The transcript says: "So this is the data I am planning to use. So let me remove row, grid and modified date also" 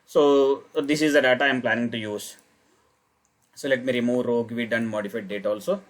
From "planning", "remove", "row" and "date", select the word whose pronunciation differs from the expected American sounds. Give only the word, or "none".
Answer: none